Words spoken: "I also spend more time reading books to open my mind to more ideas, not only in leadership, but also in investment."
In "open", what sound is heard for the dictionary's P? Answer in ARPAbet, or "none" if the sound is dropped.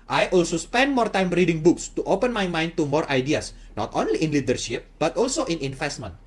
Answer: P